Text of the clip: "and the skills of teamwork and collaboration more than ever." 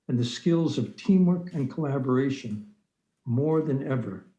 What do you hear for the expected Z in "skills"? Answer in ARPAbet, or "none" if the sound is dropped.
Z